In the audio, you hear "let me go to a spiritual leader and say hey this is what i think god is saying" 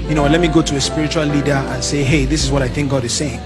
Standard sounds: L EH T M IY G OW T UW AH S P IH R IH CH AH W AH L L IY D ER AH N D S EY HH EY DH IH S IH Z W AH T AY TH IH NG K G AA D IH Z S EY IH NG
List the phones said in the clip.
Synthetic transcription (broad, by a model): L EH T M IY G OW T UW AH S P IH R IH CH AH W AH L L IY D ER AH N S EY HH EY DH IH S IH Z W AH T AY TH IH NG K G AA D IH Z S EY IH NG